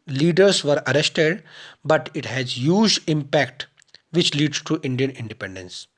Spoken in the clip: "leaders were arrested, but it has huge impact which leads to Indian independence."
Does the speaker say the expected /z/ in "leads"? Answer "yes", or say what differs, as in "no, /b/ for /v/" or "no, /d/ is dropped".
no, /z/ is dropped